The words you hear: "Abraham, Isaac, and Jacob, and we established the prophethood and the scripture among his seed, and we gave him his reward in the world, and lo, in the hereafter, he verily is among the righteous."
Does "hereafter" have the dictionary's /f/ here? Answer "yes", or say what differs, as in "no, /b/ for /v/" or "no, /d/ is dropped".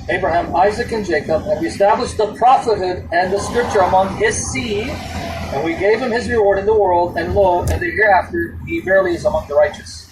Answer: yes